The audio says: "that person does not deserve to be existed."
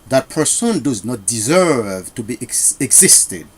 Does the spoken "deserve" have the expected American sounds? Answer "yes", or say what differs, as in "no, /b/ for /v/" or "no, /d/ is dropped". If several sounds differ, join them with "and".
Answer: yes